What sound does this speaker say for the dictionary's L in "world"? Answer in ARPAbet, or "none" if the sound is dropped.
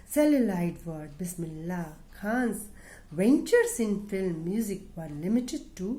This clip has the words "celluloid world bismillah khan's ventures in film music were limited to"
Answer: none